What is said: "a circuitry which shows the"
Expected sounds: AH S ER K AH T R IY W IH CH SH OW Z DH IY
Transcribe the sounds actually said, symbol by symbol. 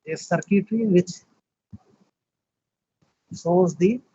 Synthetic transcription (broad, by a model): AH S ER K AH T R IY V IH CH S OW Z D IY